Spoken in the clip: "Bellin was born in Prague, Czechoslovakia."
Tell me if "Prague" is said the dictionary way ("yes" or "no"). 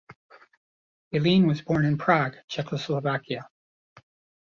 yes